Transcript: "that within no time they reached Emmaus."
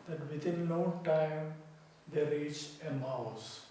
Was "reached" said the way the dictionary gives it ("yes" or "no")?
no